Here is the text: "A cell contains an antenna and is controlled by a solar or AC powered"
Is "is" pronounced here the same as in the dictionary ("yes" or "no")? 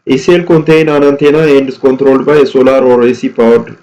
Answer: no